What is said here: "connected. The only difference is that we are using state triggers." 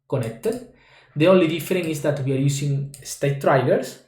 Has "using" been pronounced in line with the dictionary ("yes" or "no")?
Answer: no